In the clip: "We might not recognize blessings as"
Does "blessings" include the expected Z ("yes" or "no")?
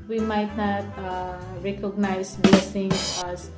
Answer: no